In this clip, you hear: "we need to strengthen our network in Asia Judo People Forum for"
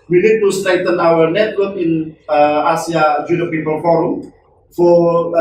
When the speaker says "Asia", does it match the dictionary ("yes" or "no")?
no